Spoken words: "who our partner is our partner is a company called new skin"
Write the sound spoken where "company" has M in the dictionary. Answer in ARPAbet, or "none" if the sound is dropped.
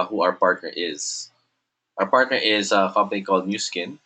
none